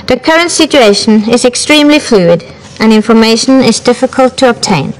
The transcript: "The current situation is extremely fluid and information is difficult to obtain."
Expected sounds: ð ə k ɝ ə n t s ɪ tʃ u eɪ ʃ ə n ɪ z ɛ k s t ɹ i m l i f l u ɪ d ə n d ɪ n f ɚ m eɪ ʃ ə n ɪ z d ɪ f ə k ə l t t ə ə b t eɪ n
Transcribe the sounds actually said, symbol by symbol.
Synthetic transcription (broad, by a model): ð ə k ɝ ə n t s ɪ tʃ u eɪ ʃ ə n ɪ z ɛ k s t ɹ i m l i f l u ɪ d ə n ɪ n f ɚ m eɪ ʃ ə n ɪ z d ɪ f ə k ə l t t ə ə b t eɪ n